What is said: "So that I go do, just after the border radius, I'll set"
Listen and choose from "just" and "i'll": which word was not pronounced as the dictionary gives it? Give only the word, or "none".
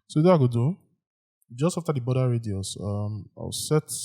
i'll